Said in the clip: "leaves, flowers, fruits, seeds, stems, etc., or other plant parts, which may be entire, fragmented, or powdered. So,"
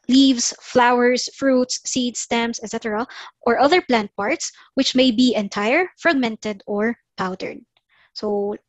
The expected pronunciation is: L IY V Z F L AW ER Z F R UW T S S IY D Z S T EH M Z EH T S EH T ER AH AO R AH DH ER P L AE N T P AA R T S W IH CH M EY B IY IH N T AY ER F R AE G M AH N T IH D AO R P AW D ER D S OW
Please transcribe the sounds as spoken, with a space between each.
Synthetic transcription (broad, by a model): L IY V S F L AW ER S F R UW T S S IY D S T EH M S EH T S EH T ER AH AO R AH DH ER P L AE N T P AA R T S W IH CH M EY B IY IH N T AY ER F R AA G M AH N T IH D AO R P AW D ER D S OW